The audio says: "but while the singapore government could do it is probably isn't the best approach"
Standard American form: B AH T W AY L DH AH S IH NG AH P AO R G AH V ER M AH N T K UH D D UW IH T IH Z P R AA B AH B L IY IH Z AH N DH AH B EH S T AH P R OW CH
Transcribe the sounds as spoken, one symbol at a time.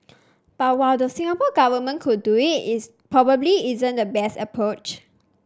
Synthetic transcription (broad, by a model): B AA T W AY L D AH S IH NG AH P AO G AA V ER M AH N K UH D D UW IH T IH S P R AA B AH B L IY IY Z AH N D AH B EH S T AH P R OW CH